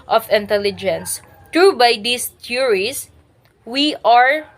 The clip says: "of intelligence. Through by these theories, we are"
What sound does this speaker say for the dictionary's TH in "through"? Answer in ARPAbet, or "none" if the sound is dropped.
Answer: T